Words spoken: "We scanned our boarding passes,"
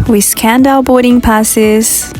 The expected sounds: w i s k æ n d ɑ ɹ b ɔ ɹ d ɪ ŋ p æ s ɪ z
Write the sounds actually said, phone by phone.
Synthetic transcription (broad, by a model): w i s k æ n d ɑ l b ɔ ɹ d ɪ ŋ p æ s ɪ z